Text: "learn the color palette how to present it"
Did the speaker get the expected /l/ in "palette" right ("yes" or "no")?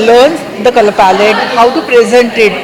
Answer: yes